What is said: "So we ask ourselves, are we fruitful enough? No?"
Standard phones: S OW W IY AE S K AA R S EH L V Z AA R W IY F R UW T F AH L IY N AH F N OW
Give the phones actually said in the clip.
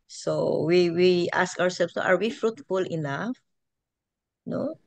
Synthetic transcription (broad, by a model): S OW W IY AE S K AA R S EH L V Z AA R W IY F R UW T F AH L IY N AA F N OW